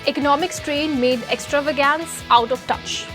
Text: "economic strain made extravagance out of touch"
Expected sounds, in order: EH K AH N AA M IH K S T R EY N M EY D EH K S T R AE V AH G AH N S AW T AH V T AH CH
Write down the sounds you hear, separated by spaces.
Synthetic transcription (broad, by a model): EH K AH N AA M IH K S T R EY N M EY D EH K S T R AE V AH G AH N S AW T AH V T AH CH